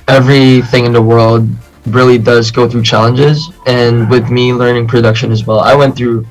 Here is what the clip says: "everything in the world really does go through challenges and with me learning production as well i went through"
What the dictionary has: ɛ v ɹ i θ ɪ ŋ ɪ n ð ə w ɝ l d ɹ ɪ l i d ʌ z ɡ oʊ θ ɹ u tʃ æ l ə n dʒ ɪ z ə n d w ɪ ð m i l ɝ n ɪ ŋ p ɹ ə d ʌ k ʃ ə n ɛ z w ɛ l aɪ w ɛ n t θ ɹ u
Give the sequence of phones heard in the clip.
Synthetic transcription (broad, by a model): ɛ v ɹ i θ ɪ ŋ ɪ n ð ə w ɝ l d ɹ ɪ l i d ʌ z ɡ oʊ θ ɹ u tʃ æ l ə n dʒ ɪ z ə n w ɪ ð m i l ɝ n ɪ ŋ p ɹ ə d ʌ k ʃ ə n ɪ z w ɛ l aɪ w ɛ n θ ɹ u